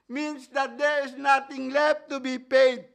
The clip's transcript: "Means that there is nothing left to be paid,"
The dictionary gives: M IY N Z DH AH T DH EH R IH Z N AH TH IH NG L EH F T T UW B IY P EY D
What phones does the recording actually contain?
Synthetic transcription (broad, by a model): M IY N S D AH T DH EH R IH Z N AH T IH NG L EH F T T UW B IY P EY D